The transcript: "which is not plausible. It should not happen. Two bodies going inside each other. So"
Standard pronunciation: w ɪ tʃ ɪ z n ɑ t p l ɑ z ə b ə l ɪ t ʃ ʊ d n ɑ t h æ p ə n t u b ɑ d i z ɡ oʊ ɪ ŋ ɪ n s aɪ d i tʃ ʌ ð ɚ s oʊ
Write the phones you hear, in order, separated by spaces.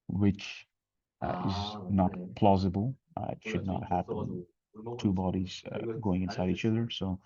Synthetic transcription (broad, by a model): w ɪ tʃ ɪ z n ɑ t p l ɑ z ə b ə l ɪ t ʃ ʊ d n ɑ t h æ p ə n t u b ɑ d i z ɡ oʊ ɪ ŋ ɪ n s aɪ d i tʃ ʌ ð ɚ s oʊ